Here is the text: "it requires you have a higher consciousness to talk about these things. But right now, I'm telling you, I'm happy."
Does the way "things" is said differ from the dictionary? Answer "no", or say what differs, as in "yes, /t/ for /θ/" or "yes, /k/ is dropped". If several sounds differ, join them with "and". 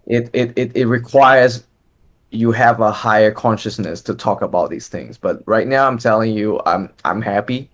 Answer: no